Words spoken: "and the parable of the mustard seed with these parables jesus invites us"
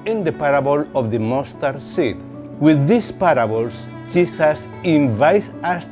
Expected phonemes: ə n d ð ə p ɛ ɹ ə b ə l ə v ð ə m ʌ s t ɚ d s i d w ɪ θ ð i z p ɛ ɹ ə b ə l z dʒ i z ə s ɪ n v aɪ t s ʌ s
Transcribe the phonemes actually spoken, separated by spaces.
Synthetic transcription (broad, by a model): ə n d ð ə p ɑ ɹ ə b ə l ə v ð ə m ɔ s t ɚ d s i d w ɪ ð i s p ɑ ɹ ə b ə l s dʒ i s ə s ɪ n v aɪ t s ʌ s